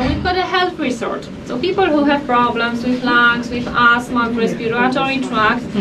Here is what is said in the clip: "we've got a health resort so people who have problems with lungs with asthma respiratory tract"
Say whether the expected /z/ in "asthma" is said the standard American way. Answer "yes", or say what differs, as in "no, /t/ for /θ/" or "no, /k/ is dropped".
no, /s/ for /z/